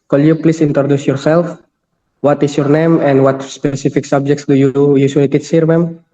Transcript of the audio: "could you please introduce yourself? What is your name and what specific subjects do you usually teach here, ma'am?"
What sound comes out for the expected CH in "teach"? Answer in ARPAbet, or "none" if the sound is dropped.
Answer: S